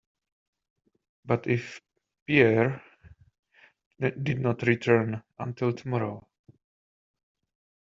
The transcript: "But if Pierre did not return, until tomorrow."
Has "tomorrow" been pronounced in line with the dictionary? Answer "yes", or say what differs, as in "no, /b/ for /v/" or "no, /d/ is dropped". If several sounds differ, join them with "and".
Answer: yes